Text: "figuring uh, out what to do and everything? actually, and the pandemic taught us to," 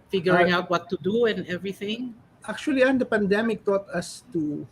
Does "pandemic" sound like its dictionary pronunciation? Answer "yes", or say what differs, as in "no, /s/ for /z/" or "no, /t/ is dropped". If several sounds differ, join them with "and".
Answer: yes